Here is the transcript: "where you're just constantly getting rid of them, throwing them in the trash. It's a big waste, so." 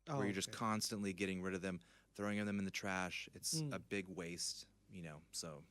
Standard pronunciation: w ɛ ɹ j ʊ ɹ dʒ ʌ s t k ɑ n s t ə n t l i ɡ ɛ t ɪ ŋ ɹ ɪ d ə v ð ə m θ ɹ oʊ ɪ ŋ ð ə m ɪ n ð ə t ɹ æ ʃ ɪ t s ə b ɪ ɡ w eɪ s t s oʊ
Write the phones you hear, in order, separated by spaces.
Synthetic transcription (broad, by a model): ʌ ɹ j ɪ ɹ dʒ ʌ s k ɑ n s t ə n t l i ɡ ɛ t ɪ ŋ ɹ ɪ d ə v ð ə m θ ɹ oʊ ɪ ŋ ð ə m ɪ n ð ə t ɹ æ ʃ ɪ t s ə b ɪ ɡ w eɪ s t s oʊ